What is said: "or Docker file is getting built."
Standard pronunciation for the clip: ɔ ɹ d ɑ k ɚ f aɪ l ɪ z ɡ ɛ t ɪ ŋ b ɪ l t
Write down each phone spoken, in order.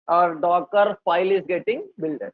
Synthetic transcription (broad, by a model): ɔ ɹ d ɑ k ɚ p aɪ l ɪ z ɡ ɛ t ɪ ŋ b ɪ l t